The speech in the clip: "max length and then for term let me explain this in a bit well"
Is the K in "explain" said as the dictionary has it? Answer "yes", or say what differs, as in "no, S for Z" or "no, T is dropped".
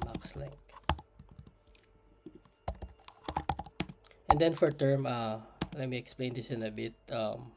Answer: yes